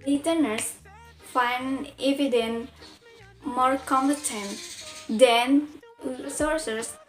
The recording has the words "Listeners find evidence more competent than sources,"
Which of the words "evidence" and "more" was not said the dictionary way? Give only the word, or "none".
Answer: evidence